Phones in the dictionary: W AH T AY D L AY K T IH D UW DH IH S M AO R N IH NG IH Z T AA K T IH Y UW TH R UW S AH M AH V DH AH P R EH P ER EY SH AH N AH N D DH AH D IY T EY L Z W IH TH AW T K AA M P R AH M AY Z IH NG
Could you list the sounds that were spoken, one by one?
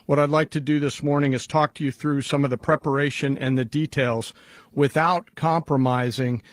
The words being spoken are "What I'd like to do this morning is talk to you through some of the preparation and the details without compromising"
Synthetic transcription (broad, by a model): W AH T AY D L AY K T IH D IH DH IH S M AO R N IH NG IH Z T AA K T IH Y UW TH R UW S AH M AH V DH AH P R EH P ER EY SH AH N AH N DH AH D IY T EY L Z W IH TH AW T K AA M P R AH M AY Z IH NG